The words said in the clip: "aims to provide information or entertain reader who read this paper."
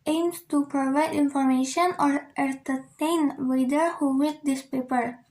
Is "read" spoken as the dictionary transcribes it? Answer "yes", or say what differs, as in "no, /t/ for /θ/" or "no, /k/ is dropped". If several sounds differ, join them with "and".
no, /w/ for /ɹ/